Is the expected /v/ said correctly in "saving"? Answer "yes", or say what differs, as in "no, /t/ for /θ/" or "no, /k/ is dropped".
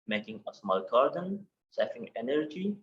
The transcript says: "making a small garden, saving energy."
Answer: no, /f/ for /v/